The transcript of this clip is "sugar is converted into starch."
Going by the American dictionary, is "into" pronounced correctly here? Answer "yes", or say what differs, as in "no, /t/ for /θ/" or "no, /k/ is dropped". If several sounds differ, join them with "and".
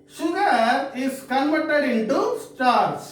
no, /n/ is dropped